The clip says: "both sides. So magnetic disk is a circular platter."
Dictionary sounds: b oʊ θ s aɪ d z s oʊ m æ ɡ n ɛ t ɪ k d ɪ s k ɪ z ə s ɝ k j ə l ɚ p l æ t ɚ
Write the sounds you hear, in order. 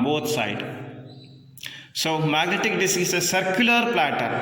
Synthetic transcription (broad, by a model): b oʊ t s aɪ d s oʊ m æ ɡ n ɛ t ɪ k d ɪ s ɪ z ə s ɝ k j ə l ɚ p l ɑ t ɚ